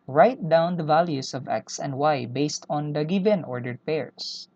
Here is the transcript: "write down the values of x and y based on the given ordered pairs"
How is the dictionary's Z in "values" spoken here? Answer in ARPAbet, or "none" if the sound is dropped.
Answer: S